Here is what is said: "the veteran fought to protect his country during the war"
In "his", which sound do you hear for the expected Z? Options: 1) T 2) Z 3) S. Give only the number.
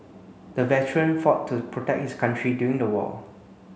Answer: 3